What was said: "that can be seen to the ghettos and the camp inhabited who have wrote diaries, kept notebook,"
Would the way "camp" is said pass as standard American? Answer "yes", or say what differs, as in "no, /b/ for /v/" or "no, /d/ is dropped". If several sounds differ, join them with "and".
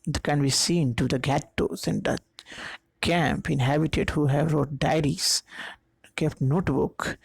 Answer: yes